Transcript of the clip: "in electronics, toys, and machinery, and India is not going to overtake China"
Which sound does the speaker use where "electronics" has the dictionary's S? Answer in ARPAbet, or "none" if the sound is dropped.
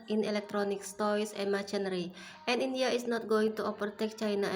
S